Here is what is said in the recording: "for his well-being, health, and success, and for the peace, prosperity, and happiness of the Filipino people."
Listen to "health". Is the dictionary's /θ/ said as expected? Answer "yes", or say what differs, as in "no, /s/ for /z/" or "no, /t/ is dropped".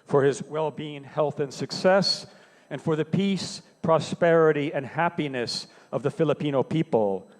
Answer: yes